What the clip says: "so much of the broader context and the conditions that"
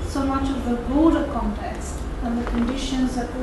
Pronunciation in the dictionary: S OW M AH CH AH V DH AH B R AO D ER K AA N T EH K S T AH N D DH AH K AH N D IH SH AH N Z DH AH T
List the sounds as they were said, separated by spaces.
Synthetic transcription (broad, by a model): S OW M AH CH AH V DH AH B AO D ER K AA N T EH K S T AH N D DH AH K AH N D IH SH AH N Z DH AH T